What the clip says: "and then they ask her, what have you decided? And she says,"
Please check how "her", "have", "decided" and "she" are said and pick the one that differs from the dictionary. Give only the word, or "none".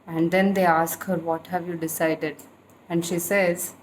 none